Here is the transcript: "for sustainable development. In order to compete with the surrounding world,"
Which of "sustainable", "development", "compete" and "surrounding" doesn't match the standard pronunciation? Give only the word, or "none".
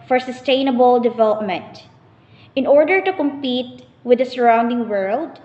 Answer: none